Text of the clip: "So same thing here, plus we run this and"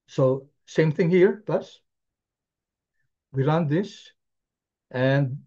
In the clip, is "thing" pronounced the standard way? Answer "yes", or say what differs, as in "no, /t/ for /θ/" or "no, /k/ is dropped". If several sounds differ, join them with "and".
yes